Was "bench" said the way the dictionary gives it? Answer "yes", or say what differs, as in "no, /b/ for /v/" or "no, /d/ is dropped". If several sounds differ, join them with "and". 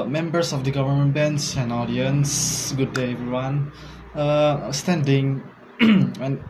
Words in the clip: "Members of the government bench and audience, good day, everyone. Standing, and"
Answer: no, /s/ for /tʃ/